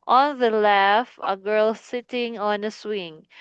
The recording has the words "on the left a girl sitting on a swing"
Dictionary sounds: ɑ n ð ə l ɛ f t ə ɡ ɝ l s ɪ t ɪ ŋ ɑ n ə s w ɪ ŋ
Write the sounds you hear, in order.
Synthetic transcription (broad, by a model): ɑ n ð ə l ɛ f ə ɡ ɝ l s ɪ t ɪ ŋ ɑ n ə s w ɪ ŋ